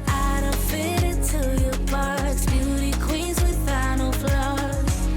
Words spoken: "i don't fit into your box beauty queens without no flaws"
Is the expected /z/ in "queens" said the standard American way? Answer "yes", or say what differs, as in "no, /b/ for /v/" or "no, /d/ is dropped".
yes